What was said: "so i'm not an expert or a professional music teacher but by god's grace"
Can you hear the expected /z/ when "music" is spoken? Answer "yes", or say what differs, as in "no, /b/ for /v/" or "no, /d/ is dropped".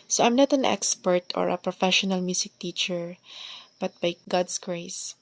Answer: no, /s/ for /z/